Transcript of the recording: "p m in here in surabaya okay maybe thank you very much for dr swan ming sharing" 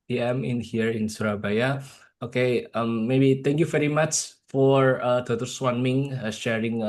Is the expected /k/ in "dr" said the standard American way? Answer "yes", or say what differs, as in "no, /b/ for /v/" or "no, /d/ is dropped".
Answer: no, /k/ is dropped